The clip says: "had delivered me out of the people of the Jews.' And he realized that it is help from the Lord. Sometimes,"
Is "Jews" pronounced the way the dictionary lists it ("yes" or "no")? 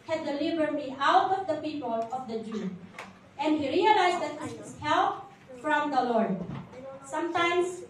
no